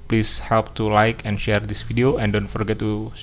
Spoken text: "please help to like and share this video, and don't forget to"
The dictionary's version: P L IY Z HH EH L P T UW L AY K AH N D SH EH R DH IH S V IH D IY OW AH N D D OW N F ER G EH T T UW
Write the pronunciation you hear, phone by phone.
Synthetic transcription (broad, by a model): P L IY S HH EH L P T UW L AY K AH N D SH EH R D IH S F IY D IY OW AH N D D OW N F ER G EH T T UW